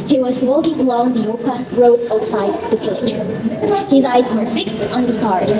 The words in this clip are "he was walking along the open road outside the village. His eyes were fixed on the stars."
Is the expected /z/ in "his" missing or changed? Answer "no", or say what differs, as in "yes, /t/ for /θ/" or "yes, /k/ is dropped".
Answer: no